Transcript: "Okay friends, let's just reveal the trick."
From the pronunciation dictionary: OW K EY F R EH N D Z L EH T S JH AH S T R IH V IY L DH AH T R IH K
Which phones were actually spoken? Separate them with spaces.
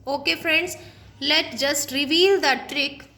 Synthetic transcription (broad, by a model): OW K EY F R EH N D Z L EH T JH AH S T R IH V IY L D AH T R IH K